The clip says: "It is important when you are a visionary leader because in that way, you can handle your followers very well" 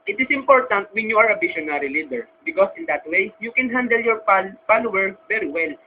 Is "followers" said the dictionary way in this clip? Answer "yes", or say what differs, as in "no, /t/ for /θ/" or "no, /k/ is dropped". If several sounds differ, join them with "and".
no, /z/ is dropped